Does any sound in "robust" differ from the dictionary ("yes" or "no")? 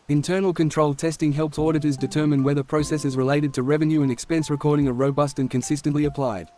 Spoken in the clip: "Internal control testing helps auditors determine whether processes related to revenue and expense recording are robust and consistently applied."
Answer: no